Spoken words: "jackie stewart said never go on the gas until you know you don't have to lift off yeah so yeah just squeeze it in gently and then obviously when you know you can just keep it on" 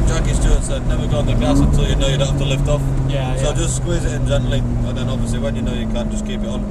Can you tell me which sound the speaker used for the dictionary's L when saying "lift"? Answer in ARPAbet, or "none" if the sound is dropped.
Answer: L